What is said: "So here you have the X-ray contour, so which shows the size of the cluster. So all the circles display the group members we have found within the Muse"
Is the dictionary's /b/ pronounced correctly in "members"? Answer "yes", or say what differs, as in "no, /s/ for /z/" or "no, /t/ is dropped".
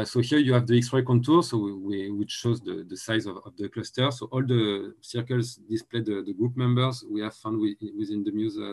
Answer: yes